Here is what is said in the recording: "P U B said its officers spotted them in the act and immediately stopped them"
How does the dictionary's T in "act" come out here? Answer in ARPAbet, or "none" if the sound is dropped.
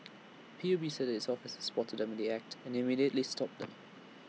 T